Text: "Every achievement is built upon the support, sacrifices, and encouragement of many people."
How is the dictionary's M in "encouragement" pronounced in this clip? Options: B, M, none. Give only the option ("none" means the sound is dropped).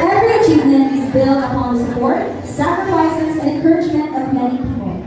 M